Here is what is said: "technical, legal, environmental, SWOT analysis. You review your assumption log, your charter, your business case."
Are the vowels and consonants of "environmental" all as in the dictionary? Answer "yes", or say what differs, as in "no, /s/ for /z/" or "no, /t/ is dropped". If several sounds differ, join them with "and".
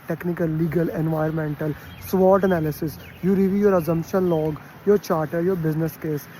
no, /ɹ/ is dropped